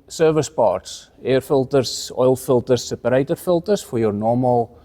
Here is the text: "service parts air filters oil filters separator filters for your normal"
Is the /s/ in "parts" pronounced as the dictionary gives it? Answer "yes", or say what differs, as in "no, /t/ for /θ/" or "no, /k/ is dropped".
yes